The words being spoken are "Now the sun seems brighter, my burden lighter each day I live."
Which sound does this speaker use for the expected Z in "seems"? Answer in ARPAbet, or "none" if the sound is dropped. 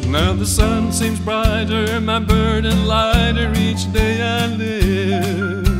Z